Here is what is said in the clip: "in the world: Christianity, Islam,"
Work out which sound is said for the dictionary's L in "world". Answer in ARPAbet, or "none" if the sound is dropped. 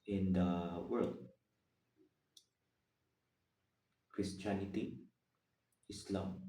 L